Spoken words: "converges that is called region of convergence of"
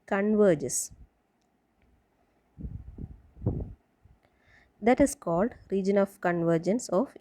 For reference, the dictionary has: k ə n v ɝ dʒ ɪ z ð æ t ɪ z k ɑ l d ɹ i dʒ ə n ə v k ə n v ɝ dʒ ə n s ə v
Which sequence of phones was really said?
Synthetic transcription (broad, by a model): k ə n v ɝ dʒ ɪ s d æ t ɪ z k ɑ l d ɹ i dʒ ə n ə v k ə n v ɝ dʒ ə n s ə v